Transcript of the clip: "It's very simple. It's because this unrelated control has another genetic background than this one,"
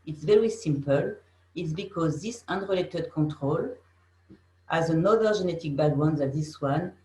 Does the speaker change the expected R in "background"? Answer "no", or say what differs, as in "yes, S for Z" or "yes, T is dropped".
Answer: yes, W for R